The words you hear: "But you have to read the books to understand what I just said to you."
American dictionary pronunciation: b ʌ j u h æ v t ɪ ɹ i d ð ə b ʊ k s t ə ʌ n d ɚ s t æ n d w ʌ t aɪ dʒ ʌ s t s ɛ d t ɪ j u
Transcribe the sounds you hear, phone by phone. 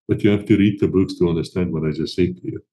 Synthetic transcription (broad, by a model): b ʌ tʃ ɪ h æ f t ɪ ɹ i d ð ə b ʊ k s t ə ʌ n d ɚ s t æ n d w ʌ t aɪ z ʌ s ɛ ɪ t ɪ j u